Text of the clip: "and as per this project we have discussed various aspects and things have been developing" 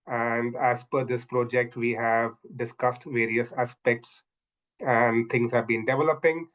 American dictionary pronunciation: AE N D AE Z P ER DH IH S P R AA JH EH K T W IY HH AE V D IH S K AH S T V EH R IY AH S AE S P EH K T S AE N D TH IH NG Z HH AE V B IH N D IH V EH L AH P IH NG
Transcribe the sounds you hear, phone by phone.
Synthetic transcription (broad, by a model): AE N D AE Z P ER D IH S P R AA JH EH K T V IY HH AE V D IH S K AH S T V EH R IY AH S AE S P EH K T S AE N D T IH NG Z HH AE V B IH N D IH V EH L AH P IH NG